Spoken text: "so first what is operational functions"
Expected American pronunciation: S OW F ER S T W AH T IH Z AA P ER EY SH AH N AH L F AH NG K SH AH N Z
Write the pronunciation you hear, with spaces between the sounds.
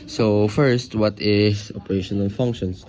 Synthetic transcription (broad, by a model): S OW F ER S T W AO T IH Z AA P ER EY SH AH N AH L F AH NG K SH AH N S